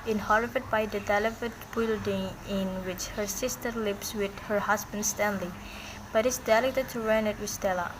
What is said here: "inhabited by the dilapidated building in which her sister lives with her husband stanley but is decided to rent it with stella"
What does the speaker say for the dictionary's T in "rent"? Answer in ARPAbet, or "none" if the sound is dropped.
none